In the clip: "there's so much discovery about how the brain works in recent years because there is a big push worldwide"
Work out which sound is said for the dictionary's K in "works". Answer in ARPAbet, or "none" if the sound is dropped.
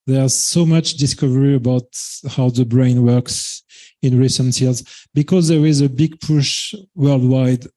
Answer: K